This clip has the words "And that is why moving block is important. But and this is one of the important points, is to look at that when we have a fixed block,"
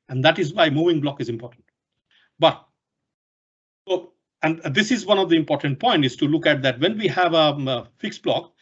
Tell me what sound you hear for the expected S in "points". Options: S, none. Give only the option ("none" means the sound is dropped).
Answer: none